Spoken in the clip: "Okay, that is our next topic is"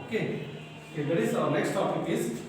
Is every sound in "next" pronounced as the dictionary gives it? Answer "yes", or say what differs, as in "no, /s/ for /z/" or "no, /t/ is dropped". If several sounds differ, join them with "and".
yes